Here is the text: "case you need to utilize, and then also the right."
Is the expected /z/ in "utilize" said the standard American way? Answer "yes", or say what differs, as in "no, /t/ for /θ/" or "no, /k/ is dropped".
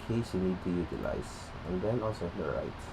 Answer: no, /s/ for /z/